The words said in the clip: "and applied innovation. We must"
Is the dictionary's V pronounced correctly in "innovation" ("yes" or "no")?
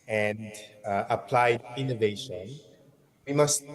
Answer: yes